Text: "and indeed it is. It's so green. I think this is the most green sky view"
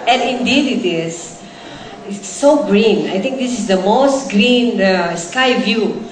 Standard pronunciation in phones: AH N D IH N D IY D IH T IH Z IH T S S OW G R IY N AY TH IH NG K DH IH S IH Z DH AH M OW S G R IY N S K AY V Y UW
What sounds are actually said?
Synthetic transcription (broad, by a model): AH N IH N D IY D IH T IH S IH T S S OW G R IY N AY T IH NG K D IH S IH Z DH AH M OW S G R IY N S K AY V Y UW